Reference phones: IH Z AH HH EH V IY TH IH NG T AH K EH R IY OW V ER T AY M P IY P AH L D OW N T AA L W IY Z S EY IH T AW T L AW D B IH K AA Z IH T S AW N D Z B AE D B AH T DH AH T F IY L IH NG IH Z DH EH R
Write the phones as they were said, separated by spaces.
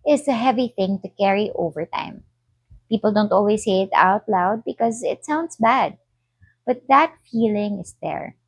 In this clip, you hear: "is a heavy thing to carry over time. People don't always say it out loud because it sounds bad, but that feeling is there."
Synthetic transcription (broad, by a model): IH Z AH HH EH V IY TH IH NG T AH K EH R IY OW V ER T AY M P IY P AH L D OW N T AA L W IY S EY IH T AW T L AW D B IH K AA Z IH T S AW N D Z B AE D B AH T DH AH T F IY L IH NG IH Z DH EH R